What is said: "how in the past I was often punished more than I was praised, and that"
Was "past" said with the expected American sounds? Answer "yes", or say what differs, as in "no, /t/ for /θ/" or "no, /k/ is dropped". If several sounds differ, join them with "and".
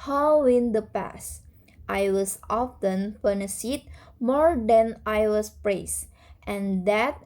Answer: yes